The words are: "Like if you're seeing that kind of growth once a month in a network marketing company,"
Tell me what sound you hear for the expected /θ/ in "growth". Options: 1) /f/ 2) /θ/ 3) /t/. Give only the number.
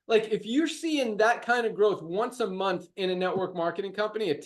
2